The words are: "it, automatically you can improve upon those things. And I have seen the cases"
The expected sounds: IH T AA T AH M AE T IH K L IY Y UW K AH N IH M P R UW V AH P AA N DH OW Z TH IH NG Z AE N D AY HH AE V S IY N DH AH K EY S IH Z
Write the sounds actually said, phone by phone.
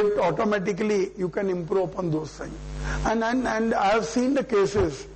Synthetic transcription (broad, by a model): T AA T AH M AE T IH K L IY Y UW K AH N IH M P R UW P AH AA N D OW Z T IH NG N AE N D AY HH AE V S IY N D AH K EY S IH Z